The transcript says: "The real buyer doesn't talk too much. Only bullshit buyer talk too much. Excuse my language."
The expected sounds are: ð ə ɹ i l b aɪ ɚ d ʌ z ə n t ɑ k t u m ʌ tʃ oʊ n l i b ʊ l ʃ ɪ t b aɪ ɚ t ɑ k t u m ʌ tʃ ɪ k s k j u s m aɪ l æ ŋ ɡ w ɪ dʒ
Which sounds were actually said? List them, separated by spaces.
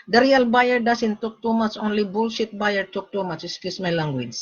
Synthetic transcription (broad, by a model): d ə ɹ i l b aɪ ɚ d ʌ s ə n t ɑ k t u m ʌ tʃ oʊ n l i b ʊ l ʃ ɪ t b aɪ ɚ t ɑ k t u m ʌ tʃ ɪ s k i s m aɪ l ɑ ŋ ɡ w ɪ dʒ